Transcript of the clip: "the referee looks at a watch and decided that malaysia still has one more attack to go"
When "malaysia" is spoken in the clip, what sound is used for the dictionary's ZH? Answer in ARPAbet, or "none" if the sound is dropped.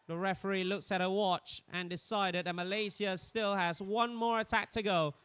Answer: Z